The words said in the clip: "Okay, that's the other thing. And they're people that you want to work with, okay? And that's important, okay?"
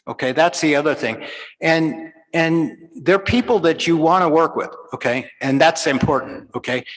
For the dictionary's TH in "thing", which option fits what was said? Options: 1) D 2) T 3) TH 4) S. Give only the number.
3